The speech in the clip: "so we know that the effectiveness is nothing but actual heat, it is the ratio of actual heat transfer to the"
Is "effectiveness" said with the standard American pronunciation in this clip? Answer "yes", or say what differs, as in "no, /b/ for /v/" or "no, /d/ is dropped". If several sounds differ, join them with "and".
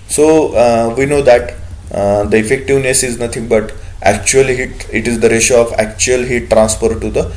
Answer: yes